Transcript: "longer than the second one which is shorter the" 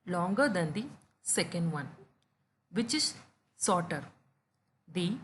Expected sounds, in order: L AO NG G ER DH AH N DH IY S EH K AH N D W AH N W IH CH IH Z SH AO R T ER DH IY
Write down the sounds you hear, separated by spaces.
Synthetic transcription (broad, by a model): L AO NG G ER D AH N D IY S EH K AH N D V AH N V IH CH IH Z S AO R T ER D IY